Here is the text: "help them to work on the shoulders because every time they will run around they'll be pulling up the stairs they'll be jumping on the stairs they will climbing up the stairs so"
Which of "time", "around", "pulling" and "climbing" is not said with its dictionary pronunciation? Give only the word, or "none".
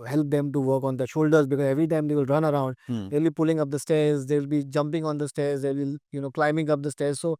none